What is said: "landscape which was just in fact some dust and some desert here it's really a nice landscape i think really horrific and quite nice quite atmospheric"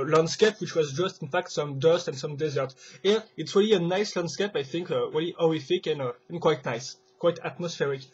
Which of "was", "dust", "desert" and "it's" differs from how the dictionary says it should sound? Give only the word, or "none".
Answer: none